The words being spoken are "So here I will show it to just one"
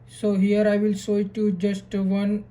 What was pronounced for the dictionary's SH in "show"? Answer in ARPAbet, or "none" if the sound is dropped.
S